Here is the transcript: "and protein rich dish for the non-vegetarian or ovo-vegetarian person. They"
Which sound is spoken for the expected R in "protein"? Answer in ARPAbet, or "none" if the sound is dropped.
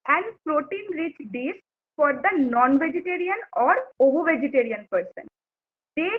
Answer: R